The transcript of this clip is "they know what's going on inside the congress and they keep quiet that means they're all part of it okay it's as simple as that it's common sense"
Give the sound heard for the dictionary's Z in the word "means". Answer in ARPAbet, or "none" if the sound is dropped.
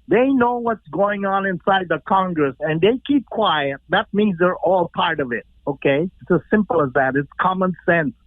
Z